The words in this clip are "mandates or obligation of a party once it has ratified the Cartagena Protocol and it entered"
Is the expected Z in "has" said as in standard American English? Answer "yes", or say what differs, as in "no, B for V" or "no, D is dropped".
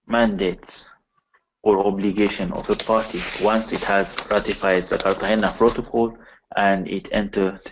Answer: yes